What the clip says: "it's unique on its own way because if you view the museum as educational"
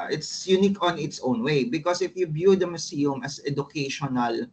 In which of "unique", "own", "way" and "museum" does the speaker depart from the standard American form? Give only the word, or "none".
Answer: museum